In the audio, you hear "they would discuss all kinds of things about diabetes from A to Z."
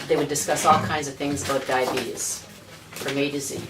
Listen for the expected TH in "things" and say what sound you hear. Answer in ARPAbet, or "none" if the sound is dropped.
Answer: TH